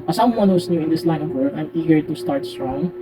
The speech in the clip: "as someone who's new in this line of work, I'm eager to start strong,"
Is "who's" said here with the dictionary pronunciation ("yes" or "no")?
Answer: no